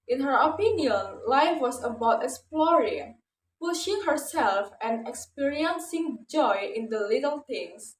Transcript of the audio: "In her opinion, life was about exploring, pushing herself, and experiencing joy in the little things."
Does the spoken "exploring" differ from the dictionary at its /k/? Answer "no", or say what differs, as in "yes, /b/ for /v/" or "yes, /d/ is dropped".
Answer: yes, /k/ is dropped